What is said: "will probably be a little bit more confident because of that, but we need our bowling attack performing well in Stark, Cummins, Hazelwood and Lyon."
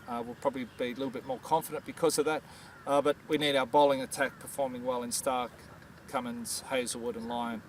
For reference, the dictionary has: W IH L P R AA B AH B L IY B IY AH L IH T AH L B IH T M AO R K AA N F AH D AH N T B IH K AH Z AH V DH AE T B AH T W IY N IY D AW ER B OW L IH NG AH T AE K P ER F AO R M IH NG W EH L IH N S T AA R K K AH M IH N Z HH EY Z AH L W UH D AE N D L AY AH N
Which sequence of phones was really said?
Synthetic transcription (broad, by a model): W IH L P R AA B AH B L IY B IY AH L IH T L B IH T M AO R K AA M F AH D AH N B IH K AH Z AH V DH AE T B AH T W IY N IY D AW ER B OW L IH NG AH T AE K P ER F AO R M IH NG W EH L IH N S T AA R K K AH M IH N Z HH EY Z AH W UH D N L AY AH N